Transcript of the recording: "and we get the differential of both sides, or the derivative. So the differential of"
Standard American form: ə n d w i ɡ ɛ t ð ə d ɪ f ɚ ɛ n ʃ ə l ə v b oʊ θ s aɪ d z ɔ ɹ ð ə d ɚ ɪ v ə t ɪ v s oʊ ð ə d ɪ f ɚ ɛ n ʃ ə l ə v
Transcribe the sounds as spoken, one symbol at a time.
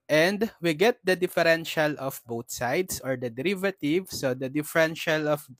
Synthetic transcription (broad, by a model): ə n d w i ɡ ɛ t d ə d ɪ f ɚ ɛ n ʃ ə l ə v b oʊ t s aɪ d s ɔ ɹ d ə d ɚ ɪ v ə t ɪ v s oʊ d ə d ɪ f ɚ ɛ n ʃ ə l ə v